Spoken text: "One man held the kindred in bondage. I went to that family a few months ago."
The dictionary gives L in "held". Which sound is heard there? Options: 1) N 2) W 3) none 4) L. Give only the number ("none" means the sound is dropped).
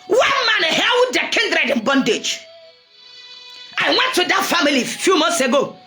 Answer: 2